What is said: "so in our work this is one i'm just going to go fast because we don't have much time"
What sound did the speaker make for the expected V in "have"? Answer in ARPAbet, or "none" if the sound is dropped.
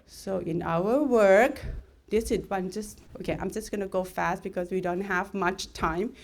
V